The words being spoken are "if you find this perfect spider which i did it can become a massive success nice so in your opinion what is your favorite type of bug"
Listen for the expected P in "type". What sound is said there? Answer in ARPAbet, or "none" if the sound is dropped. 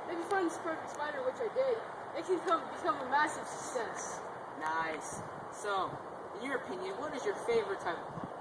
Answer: none